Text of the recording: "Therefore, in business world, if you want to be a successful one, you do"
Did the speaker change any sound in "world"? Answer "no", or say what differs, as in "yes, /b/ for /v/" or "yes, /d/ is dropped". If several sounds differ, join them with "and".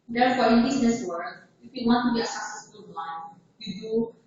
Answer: yes, /l/ is dropped